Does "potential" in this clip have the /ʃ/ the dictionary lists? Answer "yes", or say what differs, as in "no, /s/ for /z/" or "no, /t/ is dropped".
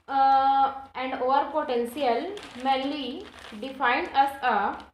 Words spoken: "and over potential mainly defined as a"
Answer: no, /s/ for /ʃ/